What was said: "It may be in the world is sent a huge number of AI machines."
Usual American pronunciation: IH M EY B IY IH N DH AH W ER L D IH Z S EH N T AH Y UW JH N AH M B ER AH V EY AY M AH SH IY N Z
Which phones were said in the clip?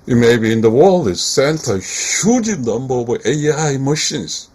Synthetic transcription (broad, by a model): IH M EY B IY IH N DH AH W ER L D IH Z S EH N T AH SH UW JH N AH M B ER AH W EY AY M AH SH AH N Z